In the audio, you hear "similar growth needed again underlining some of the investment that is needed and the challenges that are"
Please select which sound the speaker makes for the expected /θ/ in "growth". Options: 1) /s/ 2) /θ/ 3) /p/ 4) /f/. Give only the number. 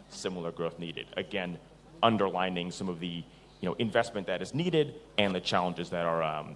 2